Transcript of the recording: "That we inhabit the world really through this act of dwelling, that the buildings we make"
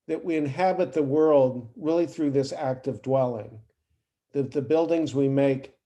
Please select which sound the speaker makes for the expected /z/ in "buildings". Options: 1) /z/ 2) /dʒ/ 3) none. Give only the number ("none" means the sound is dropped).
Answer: 1